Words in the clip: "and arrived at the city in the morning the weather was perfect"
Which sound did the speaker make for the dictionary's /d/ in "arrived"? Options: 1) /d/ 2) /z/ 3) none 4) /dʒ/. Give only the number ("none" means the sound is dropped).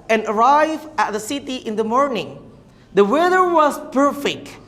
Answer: 3